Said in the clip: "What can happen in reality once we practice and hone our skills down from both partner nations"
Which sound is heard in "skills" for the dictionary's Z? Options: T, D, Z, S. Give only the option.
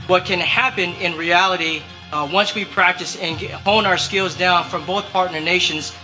Z